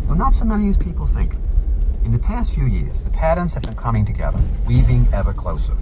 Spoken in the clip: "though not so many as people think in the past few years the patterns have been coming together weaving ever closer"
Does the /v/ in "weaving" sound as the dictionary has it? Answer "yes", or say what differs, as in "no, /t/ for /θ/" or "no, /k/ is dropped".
yes